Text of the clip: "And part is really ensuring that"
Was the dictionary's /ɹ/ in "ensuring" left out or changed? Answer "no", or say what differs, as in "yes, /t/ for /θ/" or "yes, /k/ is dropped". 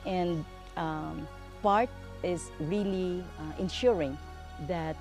no